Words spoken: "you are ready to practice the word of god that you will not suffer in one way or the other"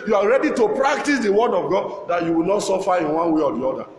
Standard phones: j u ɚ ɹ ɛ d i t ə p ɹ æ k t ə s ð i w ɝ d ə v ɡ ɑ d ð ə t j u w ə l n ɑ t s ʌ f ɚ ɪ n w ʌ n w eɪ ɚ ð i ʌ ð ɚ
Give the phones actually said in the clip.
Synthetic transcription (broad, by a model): j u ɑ ɹ ɛ d i t ə p ɹ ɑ k t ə s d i w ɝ d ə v ɡ ɑ d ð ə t j u w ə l n ɑ t s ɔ f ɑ ɪ n w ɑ n w eɪ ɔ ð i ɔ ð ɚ